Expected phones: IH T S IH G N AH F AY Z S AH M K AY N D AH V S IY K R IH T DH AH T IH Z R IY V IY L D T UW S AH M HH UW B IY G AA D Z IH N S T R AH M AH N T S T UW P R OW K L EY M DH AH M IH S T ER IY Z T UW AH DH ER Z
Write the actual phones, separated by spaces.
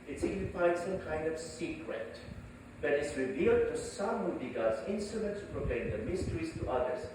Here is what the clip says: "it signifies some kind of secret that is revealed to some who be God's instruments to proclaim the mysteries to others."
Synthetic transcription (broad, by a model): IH T S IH G N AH F AY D S AH M K AY N D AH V S IY K R IH T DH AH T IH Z R IY V IY L D T UW S AH M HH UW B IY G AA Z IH N S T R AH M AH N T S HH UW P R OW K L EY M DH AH M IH S T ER IY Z T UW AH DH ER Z